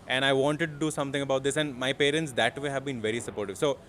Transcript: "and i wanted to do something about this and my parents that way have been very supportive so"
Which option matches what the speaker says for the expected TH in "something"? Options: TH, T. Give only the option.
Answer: T